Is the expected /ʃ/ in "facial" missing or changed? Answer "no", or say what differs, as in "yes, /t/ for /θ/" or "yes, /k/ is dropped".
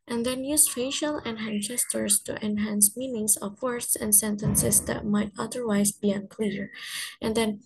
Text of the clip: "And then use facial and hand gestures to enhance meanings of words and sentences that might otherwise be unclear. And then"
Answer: no